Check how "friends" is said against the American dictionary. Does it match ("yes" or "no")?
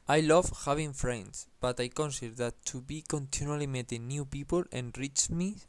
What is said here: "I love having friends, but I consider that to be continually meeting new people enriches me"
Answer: no